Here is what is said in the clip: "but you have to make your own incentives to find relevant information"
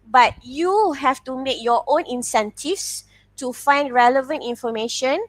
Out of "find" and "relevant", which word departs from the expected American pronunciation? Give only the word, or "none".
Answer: none